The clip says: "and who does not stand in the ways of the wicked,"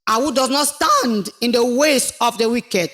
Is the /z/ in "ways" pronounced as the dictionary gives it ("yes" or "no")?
no